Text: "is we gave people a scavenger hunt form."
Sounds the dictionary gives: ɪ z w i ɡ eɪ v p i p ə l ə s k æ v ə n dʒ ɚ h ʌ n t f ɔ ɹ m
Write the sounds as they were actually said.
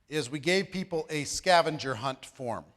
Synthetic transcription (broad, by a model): ɪ z w i ɡ eɪ v p i p l ə s k æ v ə n dʒ ɚ h ʌ n t f ɔ ɹ m